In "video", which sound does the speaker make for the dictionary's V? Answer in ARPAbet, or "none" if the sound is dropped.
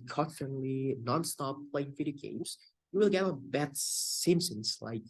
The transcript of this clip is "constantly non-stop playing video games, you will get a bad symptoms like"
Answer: F